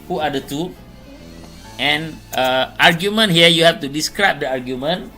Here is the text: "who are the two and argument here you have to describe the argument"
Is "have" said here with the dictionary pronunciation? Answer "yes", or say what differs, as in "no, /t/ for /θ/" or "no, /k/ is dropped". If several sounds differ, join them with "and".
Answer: no, /f/ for /v/